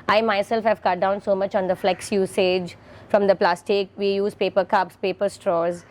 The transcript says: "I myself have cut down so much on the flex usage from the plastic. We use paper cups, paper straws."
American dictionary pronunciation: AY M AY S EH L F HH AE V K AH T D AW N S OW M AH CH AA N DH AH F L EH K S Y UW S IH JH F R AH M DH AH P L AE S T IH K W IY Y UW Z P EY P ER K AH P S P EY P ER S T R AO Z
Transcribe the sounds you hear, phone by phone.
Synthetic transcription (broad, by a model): AY M AY S EH L F HH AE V K AH T D AW N S OW M AH CH AA N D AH F L EH K S Y UW S IH JH F R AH M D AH P L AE S T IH K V IY Y UW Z P EY P ER K AH P S P EY P ER S T R AO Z